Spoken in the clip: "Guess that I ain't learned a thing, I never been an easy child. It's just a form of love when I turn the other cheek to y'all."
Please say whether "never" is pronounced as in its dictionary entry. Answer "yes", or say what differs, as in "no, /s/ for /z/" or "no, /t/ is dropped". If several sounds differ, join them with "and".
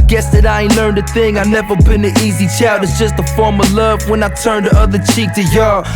yes